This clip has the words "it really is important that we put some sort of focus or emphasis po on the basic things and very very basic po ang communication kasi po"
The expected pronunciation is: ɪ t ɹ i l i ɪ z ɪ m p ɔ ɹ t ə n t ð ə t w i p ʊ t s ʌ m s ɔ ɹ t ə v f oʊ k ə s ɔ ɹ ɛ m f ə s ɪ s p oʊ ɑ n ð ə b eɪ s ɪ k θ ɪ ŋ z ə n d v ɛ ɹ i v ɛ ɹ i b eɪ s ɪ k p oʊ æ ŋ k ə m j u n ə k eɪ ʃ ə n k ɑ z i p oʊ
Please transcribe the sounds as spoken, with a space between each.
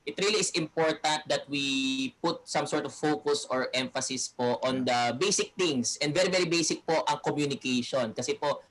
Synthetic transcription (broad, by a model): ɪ t ɹ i l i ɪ s ɪ m p ɔ ɹ t ə n t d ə t w i p ʊ t s ʌ m s ɔ ɹ t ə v f oʊ k ə s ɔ ɹ ɛ m f ə s ɪ s p oʊ ɑ n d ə b eɪ s ɪ k t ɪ ŋ s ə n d v ɛ ɹ i v ɛ ɹ i b eɪ s ɪ k p oʊ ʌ ŋ k ə m j u n ə k eɪ ʃ ə n k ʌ s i p oʊ